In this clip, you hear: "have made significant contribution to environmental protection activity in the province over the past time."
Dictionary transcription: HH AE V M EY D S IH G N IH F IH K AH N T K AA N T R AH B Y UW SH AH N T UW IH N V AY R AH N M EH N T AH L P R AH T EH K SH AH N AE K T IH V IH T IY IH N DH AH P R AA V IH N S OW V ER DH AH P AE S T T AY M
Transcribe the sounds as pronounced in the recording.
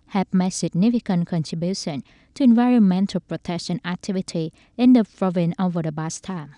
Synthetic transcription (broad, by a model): HH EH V M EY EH S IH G N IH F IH K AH N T K AA N T R AH B Y UW SH AH N T UW IH N V AY R AH N M EH N T AH L P R AH T EH K SH AH N AE K T IH V IH T IY IH N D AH P R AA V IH N OW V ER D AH B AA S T T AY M